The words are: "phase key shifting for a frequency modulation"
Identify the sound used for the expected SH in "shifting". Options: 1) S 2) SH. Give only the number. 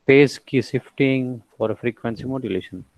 1